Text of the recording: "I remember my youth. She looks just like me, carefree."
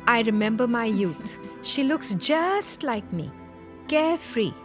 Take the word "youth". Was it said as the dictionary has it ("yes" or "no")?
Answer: no